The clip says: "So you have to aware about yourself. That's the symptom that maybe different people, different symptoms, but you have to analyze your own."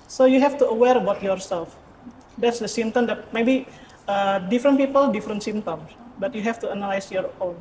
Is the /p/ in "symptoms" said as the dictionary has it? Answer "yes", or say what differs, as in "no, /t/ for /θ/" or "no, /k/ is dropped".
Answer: no, /p/ is dropped